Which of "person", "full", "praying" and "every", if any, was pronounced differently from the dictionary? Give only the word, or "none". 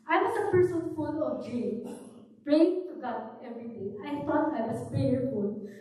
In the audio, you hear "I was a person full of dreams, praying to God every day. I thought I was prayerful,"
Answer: full